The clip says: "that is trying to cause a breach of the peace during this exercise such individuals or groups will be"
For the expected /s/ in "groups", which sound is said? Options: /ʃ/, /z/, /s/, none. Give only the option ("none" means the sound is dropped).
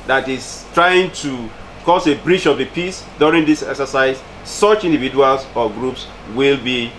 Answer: /s/